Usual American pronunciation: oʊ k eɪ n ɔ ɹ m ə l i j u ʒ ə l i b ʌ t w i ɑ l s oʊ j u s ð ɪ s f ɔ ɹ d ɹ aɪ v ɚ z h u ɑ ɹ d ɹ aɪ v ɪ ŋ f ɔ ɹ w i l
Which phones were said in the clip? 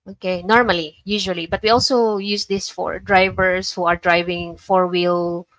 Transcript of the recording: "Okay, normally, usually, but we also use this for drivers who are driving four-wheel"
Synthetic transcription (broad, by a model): oʊ k eɪ n ɔ ɹ m ə l i j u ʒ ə l i b ʌ t w i ɑ l s oʊ j u s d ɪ s f ɔ ɹ d ɹ aɪ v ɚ s h u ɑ ɹ d ɹ aɪ v ɪ ŋ f ɔ ɹ w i l